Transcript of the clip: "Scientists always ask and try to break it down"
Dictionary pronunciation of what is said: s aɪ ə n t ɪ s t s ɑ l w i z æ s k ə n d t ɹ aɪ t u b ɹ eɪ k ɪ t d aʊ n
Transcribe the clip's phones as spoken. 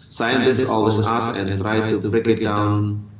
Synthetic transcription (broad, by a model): s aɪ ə n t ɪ s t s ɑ l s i ɑ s ə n t ɹ aɪ t u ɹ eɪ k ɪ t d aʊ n